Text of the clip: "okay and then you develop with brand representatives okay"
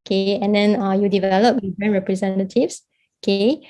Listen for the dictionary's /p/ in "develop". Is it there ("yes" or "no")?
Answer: yes